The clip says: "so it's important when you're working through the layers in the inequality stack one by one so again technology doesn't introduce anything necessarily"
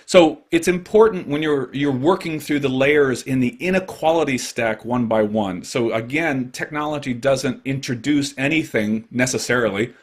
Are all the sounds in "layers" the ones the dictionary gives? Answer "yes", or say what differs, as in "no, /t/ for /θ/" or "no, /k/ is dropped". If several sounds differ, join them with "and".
yes